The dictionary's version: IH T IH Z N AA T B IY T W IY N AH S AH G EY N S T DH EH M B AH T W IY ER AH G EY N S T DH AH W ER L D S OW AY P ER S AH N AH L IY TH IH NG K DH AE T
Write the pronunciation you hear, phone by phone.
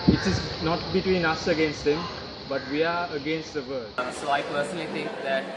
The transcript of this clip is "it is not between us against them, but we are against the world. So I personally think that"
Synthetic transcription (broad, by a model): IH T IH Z N AA T B IY T W IY N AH S AH G EY N S T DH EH M B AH T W IY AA AH G EY N S T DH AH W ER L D S OW AY P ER S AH N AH L IY T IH NG K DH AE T